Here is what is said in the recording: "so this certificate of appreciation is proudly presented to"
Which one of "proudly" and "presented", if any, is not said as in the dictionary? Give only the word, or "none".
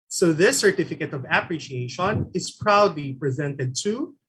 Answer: none